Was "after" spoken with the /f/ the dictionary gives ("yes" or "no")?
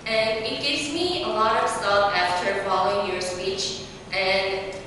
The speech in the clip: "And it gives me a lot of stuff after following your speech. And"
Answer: yes